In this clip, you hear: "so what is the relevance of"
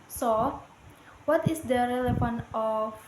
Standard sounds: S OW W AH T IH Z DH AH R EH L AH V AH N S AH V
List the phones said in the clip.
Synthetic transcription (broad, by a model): S OW W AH T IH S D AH R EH L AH F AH N AH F